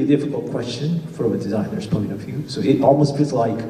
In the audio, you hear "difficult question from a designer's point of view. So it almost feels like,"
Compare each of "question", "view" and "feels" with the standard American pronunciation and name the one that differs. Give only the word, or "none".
feels